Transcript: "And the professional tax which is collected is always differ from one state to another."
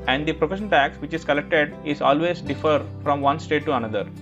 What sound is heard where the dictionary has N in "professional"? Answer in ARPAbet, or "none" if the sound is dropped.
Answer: none